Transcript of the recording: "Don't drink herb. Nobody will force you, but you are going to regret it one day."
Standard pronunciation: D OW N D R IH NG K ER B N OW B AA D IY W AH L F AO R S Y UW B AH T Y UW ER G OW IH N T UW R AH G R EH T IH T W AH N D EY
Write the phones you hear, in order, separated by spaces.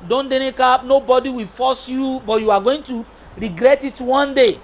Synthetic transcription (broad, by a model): D OW N D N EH K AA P N OW B AA D IY W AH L F AO S Y UW B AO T Y UW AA G OW IH N T UW R AH G R EH T IH T W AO N D EY